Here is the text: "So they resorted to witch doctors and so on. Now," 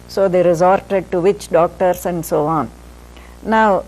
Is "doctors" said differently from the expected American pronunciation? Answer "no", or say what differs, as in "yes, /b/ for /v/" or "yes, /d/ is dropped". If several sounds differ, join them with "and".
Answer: yes, /s/ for /z/